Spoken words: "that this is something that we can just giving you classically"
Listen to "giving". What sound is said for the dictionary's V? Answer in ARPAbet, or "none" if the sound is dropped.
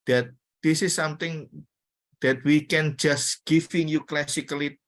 F